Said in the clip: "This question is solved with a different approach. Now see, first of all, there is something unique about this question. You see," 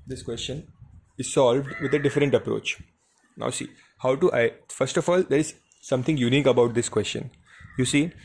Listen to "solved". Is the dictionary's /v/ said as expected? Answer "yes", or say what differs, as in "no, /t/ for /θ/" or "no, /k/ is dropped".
yes